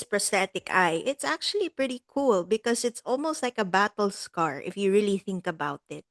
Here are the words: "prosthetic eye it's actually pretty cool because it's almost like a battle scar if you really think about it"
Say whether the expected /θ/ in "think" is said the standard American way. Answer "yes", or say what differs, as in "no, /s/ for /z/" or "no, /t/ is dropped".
yes